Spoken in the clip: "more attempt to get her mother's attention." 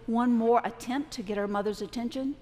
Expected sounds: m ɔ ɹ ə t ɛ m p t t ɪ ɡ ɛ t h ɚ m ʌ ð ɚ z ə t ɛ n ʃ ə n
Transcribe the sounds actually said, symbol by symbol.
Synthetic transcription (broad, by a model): m ɔ ɹ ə t ɛ m p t t ɪ ɡ ɛ t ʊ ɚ m ʌ ð ɚ z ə t ɛ n ʃ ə n